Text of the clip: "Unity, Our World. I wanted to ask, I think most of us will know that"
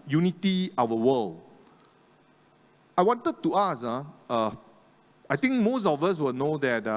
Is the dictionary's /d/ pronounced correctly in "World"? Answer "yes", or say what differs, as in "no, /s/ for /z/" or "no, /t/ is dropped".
no, /d/ is dropped